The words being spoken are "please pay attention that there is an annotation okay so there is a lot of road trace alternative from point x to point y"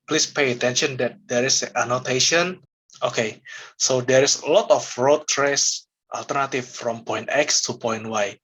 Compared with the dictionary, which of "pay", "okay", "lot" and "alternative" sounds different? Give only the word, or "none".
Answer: alternative